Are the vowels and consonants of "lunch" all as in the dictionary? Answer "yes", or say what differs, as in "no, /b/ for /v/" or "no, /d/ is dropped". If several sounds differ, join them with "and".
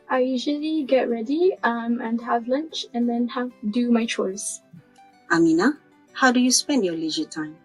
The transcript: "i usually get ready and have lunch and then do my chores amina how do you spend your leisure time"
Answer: yes